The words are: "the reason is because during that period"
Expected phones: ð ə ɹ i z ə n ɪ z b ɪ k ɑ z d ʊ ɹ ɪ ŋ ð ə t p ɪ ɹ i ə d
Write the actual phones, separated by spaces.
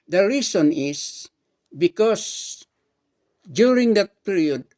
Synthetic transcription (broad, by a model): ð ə ɹ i s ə n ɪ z b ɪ k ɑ s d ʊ ɹ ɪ ŋ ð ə t p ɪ ɹ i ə d